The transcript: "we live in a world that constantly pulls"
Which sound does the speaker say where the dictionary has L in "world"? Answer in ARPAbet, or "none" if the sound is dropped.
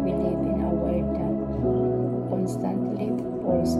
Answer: none